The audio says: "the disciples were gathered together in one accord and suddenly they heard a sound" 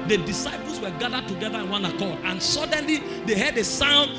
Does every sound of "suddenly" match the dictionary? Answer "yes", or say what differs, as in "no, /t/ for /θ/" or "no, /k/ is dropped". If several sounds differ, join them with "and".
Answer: yes